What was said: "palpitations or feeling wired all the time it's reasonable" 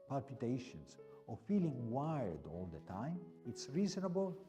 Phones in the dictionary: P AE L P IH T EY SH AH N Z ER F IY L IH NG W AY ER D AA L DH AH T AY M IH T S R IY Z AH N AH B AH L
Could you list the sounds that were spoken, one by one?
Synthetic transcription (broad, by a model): P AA L P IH T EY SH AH N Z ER F IY L IH NG W AY ER D AA L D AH T AY M IH T S R IY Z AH N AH B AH L